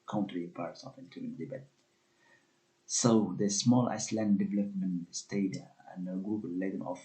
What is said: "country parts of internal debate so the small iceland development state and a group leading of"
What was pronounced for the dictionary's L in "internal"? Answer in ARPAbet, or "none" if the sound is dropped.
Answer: N